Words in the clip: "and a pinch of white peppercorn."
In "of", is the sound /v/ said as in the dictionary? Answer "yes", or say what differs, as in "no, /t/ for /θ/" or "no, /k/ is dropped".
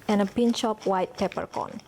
no, /p/ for /v/